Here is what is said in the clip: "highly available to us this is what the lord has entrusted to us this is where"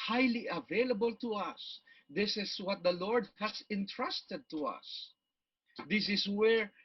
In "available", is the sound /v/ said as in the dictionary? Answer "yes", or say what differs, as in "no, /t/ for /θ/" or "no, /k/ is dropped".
yes